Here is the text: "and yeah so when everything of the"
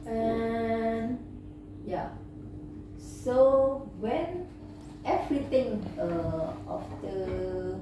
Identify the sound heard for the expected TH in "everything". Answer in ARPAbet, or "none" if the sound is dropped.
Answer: T